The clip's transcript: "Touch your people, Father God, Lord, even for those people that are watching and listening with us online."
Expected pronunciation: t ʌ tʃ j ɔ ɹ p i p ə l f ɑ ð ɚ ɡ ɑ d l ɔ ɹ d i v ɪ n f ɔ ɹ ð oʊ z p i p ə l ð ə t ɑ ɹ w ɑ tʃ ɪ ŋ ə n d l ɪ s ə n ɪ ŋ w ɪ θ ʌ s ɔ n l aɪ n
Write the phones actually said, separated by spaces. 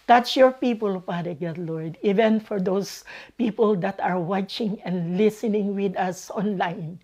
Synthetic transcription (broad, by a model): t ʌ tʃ j ɔ ɹ p i p ə l p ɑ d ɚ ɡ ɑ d l ɔ ɹ d i v ɪ n f ɔ ɹ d oʊ s p i p ə l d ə t ɑ ɹ w ɑ tʃ ɪ ŋ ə n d l ɪ s ə n ɪ ŋ w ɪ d ʌ s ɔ n l aɪ n